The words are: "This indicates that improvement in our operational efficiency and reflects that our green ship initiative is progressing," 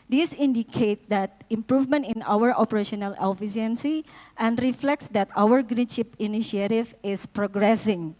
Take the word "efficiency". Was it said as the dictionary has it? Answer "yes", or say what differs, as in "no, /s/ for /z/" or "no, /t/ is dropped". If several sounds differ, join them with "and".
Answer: no, /s/ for /ʃ/